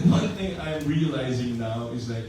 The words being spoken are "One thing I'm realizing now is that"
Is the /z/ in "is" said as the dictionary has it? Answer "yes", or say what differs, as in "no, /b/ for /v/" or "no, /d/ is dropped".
yes